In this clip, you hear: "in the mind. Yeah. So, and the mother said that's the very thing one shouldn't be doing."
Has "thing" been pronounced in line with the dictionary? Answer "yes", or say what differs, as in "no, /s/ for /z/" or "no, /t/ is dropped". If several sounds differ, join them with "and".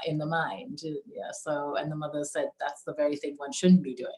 yes